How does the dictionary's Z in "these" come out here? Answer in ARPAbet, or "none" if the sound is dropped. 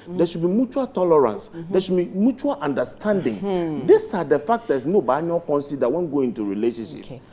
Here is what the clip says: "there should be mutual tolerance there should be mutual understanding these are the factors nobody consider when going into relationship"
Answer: S